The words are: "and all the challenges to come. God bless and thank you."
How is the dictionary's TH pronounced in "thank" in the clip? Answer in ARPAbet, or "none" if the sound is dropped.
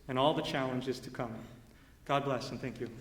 TH